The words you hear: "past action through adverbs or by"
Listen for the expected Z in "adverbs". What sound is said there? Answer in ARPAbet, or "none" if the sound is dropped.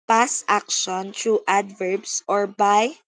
S